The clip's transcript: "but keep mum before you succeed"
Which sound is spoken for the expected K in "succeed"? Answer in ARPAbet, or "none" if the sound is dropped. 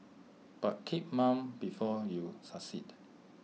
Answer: none